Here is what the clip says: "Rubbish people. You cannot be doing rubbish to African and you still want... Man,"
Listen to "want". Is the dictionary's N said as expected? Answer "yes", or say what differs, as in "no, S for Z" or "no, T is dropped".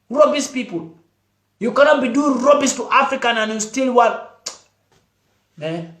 no, N is dropped